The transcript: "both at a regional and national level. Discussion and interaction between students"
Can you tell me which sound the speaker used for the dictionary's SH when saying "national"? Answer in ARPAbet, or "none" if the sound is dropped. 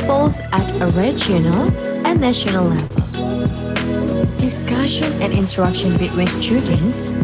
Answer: SH